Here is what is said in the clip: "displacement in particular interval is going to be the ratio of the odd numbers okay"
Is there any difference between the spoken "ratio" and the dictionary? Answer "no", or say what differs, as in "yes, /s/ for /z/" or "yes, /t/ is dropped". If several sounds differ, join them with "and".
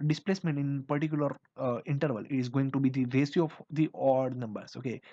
yes, /s/ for /ʃ/